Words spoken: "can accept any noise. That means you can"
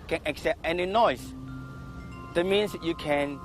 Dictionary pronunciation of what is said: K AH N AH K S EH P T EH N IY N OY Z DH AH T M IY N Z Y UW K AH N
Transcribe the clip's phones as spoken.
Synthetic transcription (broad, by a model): K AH N AH K S EH P T EH N IY N OY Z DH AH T M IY N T Y UW K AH N